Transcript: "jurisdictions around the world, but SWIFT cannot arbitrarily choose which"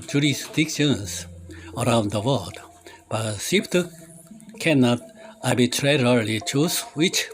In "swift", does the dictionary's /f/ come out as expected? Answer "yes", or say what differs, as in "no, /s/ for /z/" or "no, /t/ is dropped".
no, /p/ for /f/